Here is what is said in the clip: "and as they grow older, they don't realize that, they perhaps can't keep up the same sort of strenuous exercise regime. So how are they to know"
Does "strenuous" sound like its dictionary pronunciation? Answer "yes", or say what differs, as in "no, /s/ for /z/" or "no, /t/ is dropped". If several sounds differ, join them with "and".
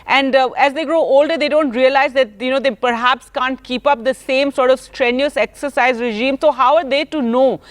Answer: yes